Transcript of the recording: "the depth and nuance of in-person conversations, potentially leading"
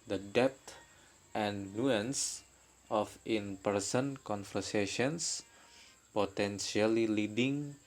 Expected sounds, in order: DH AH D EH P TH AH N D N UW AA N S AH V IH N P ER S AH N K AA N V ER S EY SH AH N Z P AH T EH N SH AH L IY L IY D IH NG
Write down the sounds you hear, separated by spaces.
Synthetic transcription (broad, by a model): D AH D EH P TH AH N N UW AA N S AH F IH N P ER S AH N K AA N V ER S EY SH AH N S P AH T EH N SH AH L IY L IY D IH NG